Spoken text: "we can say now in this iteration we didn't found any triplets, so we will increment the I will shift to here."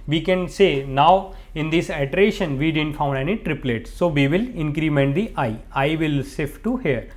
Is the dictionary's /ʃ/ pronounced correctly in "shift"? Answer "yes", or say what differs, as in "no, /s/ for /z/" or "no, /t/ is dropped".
no, /s/ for /ʃ/